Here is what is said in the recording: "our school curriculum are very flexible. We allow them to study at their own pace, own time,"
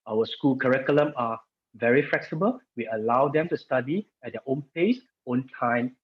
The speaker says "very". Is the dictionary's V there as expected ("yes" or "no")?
yes